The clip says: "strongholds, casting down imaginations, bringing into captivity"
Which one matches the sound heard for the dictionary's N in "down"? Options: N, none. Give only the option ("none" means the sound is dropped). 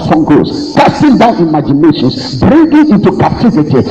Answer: N